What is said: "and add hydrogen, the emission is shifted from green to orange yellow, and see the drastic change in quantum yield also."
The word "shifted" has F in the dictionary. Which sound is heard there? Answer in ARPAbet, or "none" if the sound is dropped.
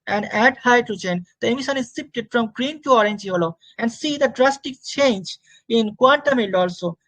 P